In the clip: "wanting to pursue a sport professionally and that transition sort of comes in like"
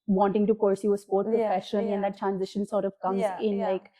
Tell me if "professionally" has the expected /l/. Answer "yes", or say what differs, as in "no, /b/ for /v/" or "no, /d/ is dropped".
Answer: no, /n/ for /l/